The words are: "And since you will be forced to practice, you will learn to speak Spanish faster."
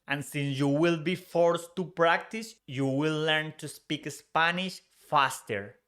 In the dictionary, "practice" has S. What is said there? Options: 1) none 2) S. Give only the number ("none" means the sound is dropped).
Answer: 2